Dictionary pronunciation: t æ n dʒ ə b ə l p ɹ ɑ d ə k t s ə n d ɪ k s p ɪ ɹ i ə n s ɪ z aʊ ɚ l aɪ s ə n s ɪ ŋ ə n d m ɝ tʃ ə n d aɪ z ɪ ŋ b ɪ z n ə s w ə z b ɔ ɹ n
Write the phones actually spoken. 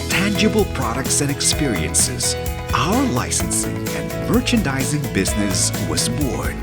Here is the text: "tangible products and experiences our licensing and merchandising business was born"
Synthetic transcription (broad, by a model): t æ n dʒ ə b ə l p ɹ ɑ d ə k t s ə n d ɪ k s p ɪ ɹ i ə n s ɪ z aʊ ɚ l aɪ s ə n s ɪ ŋ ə n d m ɝ tʃ ə n d aɪ z ɪ ŋ b ɪ z n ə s w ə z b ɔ ɹ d